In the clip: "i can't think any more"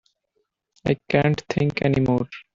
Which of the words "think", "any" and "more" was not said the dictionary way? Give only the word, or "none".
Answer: think